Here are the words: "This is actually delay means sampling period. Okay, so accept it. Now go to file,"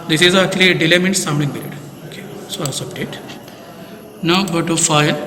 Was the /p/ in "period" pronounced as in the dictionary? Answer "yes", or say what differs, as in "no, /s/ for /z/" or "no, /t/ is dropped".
no, /b/ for /p/